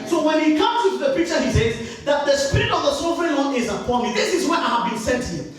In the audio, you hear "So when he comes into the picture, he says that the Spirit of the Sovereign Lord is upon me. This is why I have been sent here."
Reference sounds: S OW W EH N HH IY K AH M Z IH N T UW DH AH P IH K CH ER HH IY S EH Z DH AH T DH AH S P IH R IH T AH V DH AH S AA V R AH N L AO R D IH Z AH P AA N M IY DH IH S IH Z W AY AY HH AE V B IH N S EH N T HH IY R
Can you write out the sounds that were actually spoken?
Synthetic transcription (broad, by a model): S OW W EH N HH IY K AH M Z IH T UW DH AH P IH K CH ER HH IY S EH Z DH AH T DH AH S P IH R IH T AH V DH AH S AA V R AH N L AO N IH Z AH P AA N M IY DH IH S IH Z W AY AY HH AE V B IH N S EH N T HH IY